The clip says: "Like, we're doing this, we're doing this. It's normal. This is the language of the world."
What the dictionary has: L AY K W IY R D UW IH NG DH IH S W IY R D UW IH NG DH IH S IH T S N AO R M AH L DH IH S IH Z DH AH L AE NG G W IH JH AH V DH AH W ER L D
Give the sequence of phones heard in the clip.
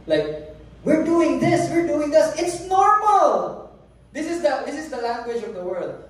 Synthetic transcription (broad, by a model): L AY K W IY R D UW IH NG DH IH S W IY R D UW IH NG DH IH S IH T S N AO R M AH L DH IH S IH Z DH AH L AE NG G W IH JH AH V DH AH W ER L D